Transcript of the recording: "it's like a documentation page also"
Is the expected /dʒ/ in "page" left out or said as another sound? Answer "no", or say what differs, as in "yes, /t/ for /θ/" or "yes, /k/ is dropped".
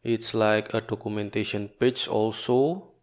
yes, /tʃ/ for /dʒ/